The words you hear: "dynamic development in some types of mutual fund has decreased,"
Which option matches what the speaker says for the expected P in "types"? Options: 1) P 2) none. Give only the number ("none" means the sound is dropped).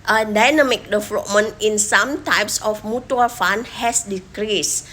1